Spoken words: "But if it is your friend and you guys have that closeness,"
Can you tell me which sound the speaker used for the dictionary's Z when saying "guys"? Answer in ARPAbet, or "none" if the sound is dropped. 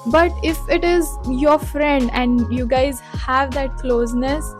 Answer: Z